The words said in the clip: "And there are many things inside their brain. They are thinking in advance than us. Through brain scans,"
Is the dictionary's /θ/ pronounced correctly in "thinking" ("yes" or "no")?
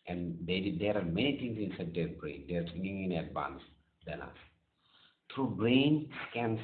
no